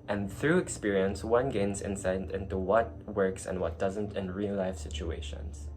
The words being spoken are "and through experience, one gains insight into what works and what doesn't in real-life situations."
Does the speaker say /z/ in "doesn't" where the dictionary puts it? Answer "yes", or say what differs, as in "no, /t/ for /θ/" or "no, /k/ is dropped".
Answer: yes